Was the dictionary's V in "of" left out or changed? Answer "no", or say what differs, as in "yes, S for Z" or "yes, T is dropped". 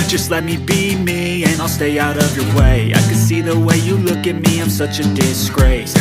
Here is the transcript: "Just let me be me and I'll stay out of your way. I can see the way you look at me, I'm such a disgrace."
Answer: no